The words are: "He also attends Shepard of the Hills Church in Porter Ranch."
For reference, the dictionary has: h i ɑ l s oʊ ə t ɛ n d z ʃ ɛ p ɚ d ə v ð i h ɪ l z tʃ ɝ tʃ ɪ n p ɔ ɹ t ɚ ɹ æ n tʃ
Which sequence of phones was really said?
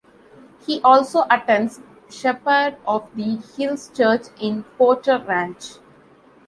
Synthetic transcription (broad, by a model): h i ɑ l s oʊ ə t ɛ n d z ʃ ɛ p ɚ d ə v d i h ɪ l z tʃ ɝ tʃ ɪ n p ɔ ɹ t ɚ ɹ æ n tʃ